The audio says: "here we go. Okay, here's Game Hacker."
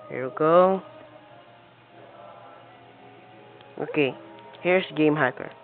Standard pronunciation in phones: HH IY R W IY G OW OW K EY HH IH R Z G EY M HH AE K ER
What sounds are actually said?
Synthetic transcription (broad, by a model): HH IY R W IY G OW OW K EY HH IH R S G EY M HH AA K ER